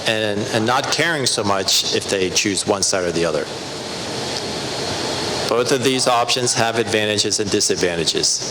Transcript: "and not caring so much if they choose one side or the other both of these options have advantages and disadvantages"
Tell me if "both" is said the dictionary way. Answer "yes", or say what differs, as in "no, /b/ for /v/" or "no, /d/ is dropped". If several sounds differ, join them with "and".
yes